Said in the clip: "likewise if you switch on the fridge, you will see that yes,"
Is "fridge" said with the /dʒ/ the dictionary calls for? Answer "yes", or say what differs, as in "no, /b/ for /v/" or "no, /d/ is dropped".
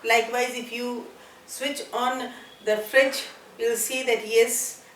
no, /tʃ/ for /dʒ/